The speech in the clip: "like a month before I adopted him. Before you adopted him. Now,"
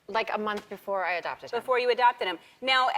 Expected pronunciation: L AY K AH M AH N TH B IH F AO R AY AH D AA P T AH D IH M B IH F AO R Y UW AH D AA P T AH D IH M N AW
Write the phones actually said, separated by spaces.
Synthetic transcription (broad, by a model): L AY K AH M AH N TH B IH F AO R AY AH D AA P T AH D B IH F AO R Y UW AH D AA P T AH D IH M N AW